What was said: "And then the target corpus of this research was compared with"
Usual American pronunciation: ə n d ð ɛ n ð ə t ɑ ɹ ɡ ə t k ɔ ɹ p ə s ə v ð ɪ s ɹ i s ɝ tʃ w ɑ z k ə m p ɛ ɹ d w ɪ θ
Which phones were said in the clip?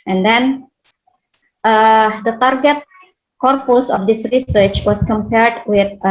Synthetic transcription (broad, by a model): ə n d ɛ n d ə t ɑ ɹ ɡ ə t k ɔ ɹ p ə s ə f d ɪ s ɹ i s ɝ tʃ w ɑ s k ə m p ɛ ɹ d w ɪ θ